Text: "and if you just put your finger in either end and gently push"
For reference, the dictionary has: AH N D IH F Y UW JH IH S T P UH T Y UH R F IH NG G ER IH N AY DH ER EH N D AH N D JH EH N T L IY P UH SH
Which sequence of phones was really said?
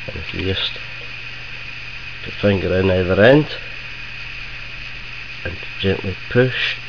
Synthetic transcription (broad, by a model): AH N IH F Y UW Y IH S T P UH T F IH NG G ER IH N AY DH ER EH N D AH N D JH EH N T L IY P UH SH